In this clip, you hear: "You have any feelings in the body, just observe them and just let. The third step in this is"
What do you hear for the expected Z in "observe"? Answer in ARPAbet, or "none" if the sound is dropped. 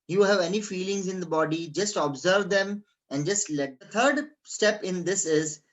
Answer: Z